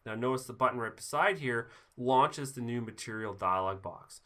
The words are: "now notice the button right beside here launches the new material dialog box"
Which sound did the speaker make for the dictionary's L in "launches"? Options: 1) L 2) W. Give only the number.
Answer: 1